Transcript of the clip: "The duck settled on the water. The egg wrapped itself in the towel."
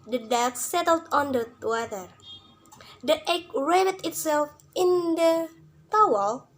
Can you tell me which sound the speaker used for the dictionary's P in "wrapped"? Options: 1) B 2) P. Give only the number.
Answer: 1